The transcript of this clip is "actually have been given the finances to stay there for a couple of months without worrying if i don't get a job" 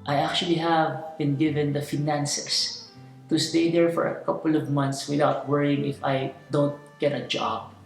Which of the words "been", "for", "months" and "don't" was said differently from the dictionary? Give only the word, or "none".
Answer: months